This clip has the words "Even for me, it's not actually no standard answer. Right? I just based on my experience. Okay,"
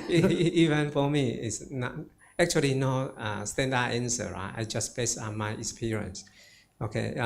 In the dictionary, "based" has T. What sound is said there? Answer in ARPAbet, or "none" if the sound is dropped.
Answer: none